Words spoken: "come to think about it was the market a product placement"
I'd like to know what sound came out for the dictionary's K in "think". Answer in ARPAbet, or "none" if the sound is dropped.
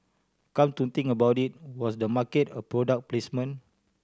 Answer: none